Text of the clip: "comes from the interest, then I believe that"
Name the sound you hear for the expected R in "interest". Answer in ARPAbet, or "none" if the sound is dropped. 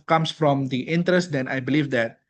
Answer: R